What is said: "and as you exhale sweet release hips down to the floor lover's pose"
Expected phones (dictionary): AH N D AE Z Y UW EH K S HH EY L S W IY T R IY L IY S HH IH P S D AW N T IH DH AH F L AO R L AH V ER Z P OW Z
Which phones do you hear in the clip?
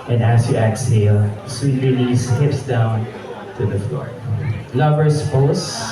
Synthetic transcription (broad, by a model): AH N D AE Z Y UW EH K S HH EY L S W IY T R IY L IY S HH IH P S D AW N T IH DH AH F L AO R L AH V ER S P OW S